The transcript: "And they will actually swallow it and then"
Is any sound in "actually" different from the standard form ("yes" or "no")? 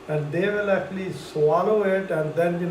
no